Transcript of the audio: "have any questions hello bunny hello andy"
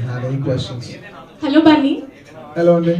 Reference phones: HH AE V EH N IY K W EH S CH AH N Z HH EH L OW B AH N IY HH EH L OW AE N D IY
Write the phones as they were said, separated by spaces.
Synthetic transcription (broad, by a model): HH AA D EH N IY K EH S AH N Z HH EH L OW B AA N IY HH EH L OW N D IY